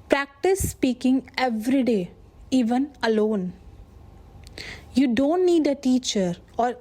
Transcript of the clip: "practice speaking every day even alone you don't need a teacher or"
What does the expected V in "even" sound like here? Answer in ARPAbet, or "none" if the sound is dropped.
V